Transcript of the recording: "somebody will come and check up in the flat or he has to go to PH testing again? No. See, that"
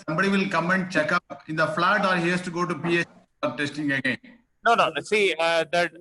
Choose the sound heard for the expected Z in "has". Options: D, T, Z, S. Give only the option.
S